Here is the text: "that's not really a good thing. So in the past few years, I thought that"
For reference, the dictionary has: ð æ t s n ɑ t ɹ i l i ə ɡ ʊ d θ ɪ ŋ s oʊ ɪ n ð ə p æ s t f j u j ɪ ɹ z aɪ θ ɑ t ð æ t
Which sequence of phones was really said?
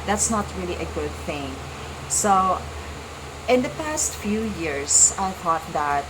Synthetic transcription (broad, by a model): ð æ t s n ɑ t ɹ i l i ə ɡ ʊ d θ ɪ ŋ s oʊ ɪ n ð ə p æ s t f j u j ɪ ɹ s aɪ θ ɑ t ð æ t